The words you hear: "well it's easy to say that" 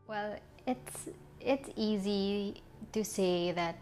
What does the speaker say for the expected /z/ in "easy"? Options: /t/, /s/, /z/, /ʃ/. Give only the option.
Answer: /z/